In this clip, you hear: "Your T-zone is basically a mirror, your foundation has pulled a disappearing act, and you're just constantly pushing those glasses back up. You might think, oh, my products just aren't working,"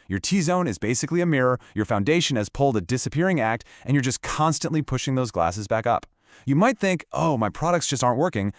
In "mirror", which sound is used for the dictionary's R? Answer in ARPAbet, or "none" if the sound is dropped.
R